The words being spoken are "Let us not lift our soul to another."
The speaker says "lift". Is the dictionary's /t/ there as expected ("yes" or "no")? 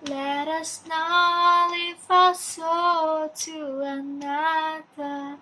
no